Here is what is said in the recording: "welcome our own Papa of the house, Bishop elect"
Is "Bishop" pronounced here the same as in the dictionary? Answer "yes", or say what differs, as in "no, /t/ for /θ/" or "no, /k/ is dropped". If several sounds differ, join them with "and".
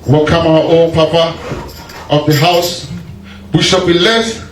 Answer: no, /b/ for /p/